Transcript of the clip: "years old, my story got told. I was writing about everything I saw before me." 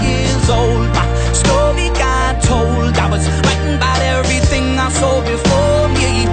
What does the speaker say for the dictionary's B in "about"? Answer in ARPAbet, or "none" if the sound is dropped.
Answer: none